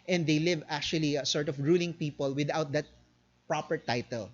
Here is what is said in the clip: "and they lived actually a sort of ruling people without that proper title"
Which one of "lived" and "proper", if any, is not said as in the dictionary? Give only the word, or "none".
lived